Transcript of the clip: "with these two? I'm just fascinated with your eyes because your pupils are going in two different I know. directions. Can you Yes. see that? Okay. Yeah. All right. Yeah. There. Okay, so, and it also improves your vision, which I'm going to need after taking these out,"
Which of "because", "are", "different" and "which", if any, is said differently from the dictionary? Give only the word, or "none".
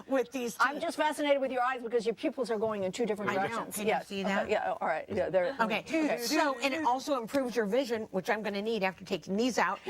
different